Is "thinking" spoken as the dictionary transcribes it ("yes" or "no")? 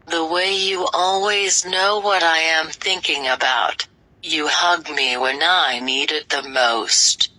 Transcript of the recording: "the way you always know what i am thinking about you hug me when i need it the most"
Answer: yes